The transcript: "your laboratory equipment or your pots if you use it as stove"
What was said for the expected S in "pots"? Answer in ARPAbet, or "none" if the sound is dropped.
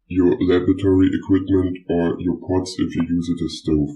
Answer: S